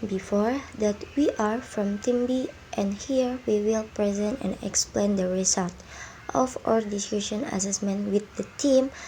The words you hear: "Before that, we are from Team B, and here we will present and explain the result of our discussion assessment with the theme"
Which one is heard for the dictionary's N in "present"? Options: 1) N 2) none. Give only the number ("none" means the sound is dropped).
1